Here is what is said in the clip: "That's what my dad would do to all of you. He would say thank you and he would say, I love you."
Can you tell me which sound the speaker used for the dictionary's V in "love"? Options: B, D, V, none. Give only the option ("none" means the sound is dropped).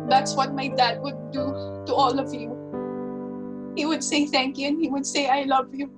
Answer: V